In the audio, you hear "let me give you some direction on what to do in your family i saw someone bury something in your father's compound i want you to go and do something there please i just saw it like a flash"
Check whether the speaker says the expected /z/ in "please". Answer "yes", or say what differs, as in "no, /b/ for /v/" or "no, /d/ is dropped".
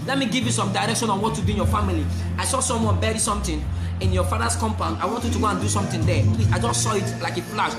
no, /z/ is dropped